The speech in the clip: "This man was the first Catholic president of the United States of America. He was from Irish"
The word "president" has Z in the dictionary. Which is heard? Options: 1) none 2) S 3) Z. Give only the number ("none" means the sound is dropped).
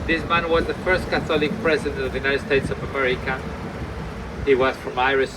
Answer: 3